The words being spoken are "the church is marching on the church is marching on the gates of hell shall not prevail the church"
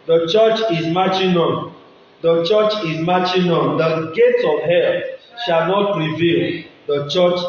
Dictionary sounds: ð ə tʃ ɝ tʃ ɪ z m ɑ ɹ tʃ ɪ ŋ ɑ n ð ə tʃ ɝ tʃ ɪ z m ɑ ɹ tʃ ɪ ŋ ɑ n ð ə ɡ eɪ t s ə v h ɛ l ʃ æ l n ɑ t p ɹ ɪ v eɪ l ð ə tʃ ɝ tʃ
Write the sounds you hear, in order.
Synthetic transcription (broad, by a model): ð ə tʃ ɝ tʃ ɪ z m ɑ tʃ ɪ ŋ ɑ n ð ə tʃ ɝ tʃ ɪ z m ɑ tʃ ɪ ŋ ɑ n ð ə ɡ eɪ t ə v h ɛ l ʃ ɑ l n ɑ t ɹ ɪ v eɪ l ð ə tʃ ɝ tʃ